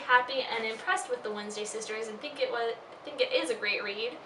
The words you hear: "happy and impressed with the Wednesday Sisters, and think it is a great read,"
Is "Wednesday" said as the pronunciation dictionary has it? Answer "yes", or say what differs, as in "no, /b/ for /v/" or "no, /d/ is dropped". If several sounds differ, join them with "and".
yes